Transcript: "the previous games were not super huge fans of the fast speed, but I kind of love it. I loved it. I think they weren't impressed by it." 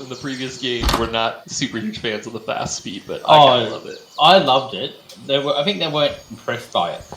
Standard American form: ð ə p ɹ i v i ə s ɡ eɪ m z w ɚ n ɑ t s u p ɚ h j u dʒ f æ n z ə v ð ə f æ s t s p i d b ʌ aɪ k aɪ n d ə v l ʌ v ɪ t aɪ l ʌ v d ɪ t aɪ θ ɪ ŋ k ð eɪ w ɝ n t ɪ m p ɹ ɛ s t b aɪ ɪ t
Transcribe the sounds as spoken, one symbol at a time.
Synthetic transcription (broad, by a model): ð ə p ɹ i v i ə s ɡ eɪ m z w ɚ n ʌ t s u p ɚ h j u ʒ f æ n z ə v ð ə f æ s t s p i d b ʌ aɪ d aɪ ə l ʌ v ɪ t aɪ l ʌ v d ɪ t aɪ θ ɪ ŋ k ð eɪ w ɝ n t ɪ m p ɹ ɛ s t b aɪ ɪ t